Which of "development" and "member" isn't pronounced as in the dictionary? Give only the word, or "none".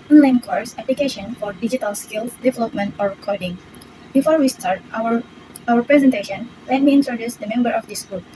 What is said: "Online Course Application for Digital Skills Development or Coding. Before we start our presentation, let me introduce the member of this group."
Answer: none